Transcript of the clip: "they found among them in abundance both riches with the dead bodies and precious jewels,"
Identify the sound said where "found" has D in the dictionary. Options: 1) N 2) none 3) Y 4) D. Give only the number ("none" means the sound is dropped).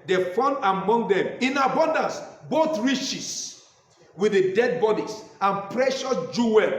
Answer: 2